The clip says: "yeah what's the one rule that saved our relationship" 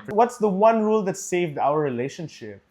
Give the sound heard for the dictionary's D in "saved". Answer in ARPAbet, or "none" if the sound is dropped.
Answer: D